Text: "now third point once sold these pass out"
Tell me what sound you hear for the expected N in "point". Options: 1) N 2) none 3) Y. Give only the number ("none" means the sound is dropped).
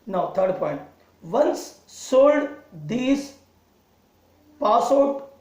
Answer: 1